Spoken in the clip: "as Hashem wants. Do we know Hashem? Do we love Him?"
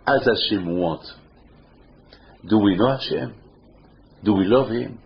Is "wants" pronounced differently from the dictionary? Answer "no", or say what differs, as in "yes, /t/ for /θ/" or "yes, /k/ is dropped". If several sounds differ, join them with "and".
yes, /n/ is dropped and /s/ is dropped